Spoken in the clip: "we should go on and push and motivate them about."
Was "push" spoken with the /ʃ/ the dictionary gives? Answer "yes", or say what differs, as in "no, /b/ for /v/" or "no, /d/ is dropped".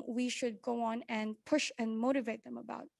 yes